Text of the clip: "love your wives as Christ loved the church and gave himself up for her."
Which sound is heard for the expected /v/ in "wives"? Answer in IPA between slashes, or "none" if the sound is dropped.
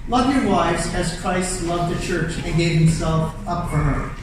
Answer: /v/